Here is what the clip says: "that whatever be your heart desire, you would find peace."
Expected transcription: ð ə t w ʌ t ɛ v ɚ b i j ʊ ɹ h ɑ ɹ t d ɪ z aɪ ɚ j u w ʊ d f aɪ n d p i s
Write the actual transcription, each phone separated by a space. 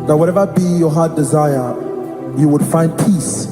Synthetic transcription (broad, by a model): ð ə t w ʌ t ɛ v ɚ b i j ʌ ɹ h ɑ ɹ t d ɪ z aɪ ɚ j u w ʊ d f aɪ n d p i s